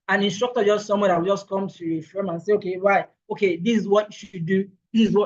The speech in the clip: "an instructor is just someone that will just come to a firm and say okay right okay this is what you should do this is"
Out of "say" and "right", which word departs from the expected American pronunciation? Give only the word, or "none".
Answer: right